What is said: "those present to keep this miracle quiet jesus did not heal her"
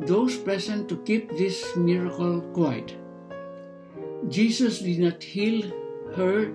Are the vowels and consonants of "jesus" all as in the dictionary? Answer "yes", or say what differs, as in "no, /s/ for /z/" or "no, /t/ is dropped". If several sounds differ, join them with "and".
no, /s/ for /z/